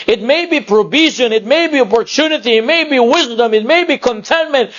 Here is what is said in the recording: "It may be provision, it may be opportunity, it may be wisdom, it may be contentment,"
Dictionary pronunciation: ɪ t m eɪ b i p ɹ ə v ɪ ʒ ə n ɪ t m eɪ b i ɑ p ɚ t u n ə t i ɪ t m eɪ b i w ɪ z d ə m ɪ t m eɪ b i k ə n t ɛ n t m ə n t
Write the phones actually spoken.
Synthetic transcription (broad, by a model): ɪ t m eɪ b i p ɹ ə b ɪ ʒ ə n ɪ t m eɪ b i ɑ p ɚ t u n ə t i ɪ t m eɪ b i w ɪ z d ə m ɪ t m eɪ b i k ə n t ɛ n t m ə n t